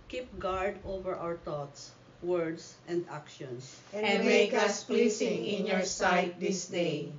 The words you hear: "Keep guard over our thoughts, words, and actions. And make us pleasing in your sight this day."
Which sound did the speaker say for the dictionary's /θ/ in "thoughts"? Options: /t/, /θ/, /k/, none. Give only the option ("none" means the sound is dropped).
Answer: /t/